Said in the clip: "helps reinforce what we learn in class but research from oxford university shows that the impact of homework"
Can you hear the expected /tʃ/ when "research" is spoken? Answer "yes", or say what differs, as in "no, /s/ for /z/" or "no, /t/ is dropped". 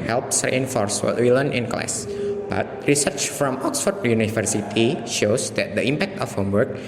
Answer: yes